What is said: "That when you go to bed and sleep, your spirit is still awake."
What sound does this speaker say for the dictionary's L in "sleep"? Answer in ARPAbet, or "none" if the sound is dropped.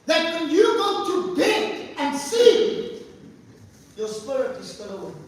none